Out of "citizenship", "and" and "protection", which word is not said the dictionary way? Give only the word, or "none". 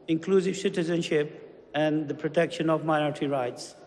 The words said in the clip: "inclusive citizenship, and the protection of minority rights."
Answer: none